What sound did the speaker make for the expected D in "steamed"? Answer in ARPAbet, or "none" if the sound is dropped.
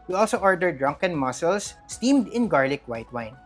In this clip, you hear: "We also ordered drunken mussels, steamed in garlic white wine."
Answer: D